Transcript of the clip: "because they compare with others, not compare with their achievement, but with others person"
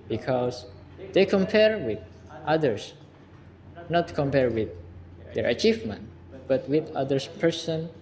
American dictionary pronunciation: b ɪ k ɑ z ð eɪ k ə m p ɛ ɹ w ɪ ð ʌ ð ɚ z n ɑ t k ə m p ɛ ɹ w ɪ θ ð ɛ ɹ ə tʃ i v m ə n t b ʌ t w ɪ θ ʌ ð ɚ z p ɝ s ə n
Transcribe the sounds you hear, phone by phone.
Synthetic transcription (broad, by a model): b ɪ k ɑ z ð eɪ k ə m p ɛ ɹ w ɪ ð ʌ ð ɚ s n ɑ t k ə m p ɛ ɹ w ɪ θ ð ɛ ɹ ə tʃ i v m ə n t b ʌ t w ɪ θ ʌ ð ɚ s p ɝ s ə n